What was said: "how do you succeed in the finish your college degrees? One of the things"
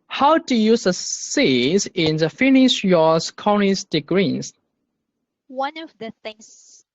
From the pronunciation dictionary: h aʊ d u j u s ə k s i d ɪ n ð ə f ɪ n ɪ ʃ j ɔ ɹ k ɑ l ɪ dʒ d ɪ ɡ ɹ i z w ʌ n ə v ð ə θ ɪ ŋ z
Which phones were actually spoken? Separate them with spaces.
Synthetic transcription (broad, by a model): h aʊ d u j u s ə s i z ɪ n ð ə f ɪ n ɪ ʃ j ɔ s k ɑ n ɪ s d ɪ ɡ ɹ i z w ʌ n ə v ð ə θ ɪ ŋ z